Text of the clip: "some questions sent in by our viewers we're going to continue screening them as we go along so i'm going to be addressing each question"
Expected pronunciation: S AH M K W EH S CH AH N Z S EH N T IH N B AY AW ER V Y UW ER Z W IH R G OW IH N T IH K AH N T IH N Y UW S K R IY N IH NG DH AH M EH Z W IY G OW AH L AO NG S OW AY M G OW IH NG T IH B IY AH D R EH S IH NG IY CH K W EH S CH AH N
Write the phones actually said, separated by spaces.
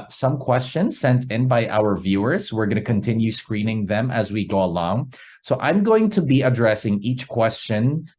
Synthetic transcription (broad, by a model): S AH M K W EH S CH AH N Z S EH N T IH N B AY AW ER V Y UW ER Z W IH R G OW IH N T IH K AH N T IH N Y UW S K R IY N IH NG DH AH M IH Z W IY G OW AH L AO NG S OW AY M G OW IH NG T IH B IY AH D R EH S IH NG IY CH K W EH S CH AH N